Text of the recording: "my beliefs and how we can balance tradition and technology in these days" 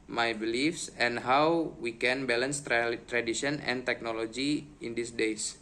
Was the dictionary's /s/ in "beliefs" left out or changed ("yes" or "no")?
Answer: no